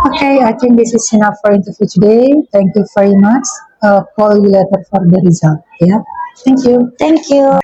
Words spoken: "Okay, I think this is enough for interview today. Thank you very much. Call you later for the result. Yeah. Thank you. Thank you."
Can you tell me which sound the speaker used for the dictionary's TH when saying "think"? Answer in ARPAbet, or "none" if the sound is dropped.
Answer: T